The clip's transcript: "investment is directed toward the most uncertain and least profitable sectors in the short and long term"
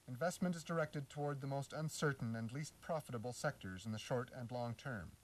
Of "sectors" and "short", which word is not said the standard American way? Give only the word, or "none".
none